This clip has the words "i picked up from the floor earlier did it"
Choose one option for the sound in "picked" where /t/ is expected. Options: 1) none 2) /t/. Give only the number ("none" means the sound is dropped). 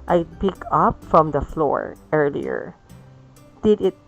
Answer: 1